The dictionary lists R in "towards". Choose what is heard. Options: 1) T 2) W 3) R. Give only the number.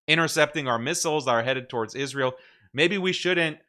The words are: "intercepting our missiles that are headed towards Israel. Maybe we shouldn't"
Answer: 3